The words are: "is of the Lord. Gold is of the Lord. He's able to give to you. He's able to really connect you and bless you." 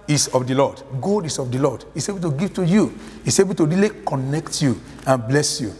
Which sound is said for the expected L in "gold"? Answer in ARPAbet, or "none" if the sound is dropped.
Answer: none